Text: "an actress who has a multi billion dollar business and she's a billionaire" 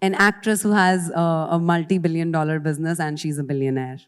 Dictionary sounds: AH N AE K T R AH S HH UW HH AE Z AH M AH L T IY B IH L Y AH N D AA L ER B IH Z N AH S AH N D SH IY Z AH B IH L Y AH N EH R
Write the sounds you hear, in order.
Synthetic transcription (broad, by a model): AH N AE K T R AH S HH UW HH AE Z AH M AH L T IY B IH L Y AH N D AA L ER B IH Z N AH S AH N D SH IY Z AH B IH L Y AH N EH R